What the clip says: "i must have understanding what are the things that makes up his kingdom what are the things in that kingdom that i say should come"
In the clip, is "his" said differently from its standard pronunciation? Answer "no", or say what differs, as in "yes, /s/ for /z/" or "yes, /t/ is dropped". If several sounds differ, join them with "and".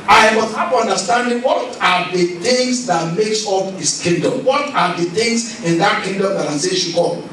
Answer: yes, /s/ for /z/